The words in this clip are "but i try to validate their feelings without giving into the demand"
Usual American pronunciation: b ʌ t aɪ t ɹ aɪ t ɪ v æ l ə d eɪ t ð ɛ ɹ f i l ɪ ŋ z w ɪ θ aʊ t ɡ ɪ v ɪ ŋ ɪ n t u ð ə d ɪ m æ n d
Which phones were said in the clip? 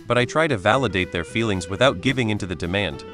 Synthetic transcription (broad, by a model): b ʌ t aɪ t ɹ aɪ t ɪ v æ l ə d eɪ t ð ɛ ɹ f i l ɪ ŋ z w ɪ θ aʊ t ɡ ɪ v ɪ ŋ ɪ n t u ð ə d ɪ m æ n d